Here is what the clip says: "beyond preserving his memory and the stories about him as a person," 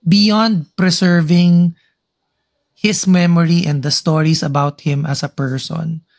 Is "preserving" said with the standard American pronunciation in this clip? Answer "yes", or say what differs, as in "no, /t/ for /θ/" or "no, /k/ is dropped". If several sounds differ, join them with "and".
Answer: no, /s/ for /z/